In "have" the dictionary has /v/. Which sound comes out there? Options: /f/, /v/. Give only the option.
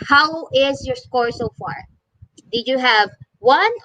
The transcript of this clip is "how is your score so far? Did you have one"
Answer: /v/